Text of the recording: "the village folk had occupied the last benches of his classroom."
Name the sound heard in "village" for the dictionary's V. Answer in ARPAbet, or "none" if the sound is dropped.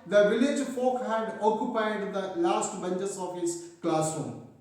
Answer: V